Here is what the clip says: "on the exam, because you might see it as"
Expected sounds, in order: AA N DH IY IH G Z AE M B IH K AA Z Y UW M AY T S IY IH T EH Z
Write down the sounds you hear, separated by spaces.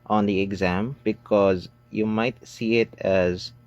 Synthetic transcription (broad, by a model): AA N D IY IH G Z AE M B IH K AA Z Y UW M AY T S IY IH T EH Z